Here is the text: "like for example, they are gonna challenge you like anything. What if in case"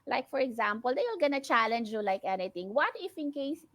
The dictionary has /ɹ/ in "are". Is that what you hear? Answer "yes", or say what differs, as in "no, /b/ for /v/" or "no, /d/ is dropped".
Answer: no, /l/ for /ɹ/